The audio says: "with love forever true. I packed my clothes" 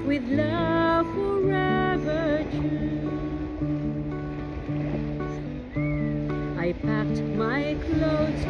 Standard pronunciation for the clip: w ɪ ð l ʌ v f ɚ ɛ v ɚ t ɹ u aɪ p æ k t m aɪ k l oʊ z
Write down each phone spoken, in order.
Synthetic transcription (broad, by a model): w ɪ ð l ʌ v f ɚ ɛ v ɚ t u aɪ p æ k t m aɪ k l oʊ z